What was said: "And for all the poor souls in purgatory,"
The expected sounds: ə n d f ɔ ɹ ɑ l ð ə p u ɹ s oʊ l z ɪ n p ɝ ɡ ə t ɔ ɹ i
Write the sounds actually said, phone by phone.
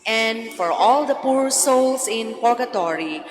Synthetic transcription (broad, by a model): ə n d f ɔ ɹ ɑ l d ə p u ɹ s oʊ l s ɪ n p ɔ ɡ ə t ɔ ɹ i